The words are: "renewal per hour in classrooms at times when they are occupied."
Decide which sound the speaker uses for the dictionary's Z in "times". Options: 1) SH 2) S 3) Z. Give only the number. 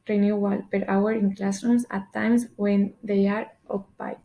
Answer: 2